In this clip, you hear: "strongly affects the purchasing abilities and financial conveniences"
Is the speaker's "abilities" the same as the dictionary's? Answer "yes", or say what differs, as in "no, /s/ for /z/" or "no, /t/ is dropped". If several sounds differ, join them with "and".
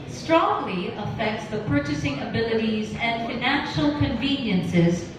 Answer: yes